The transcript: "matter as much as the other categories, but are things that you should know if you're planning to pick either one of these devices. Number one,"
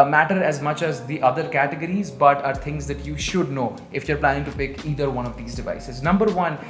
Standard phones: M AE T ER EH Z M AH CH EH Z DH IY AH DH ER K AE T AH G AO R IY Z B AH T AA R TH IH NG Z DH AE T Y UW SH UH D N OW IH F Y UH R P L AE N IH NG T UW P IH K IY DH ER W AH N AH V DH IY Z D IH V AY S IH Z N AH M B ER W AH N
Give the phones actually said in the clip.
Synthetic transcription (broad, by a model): M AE T ER EH Z M AH CH EH Z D IY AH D ER K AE T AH G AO R IY Z B AH T AA R T IH NG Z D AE T Y UW SH UH D N OW IH F Y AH R P L AE N IH NG T UW P IH K IY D ER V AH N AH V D IY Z D IH V AY S IH Z N AH M B ER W AH N